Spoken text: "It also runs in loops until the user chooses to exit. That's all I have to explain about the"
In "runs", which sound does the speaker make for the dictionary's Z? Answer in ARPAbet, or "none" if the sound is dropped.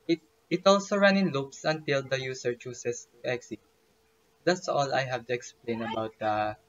none